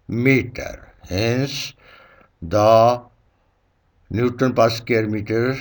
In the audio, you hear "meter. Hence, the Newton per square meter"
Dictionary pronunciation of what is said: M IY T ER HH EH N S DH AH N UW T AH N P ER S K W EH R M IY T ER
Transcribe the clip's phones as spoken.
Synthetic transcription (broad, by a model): M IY T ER HH EH N S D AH N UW T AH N P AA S K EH R M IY T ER